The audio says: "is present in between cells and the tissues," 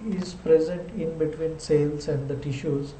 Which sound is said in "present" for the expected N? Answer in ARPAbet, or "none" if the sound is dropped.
N